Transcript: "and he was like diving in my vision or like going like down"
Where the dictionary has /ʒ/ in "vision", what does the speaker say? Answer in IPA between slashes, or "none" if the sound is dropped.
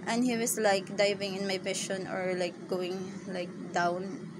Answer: /ʃ/